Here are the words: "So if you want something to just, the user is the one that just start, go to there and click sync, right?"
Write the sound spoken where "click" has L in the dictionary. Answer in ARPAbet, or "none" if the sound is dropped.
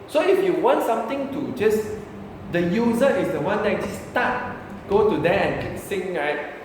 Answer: none